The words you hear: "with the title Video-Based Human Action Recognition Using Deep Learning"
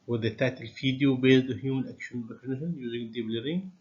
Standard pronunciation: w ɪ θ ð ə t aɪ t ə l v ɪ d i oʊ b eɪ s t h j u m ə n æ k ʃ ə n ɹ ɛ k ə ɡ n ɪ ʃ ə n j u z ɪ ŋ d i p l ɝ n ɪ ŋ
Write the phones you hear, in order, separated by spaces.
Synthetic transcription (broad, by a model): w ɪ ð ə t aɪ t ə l f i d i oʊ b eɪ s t h j u m ə n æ k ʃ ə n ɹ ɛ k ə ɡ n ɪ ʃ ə n j u z ɪ ŋ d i b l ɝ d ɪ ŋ